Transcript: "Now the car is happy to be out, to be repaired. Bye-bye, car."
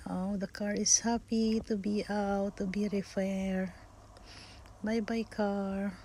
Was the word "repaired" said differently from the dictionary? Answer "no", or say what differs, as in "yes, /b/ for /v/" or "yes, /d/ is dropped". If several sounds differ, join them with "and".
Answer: yes, /f/ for /p/